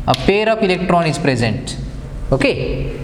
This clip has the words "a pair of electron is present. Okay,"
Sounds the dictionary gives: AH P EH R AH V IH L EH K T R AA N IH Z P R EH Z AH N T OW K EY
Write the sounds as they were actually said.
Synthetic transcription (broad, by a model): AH P EH R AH P IH L EH K T R AA N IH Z P R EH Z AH N T OW K EY